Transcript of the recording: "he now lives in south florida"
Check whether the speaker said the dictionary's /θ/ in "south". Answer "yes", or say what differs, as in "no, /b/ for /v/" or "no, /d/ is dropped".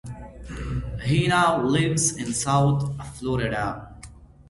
no, /t/ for /θ/